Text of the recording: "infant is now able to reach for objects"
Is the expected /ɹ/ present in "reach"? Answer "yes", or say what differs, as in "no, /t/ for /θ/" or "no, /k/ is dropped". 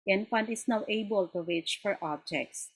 no, /w/ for /ɹ/